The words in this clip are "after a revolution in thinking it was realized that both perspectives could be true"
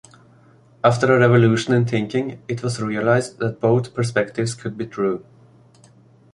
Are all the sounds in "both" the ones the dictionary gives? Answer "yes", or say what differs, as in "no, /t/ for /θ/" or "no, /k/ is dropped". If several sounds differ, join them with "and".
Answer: yes